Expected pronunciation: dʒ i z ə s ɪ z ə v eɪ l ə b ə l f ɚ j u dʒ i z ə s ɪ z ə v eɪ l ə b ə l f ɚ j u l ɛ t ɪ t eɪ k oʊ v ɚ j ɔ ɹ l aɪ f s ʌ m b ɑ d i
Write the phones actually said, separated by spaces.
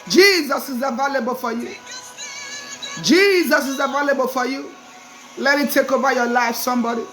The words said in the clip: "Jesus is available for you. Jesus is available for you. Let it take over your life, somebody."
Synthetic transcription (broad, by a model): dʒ i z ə s ɪ z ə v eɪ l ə b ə l f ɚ j u dʒ i z ə s ɪ z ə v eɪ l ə b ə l f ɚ j u l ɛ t ɪ t eɪ k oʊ b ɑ j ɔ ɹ l aɪ f s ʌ m b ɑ d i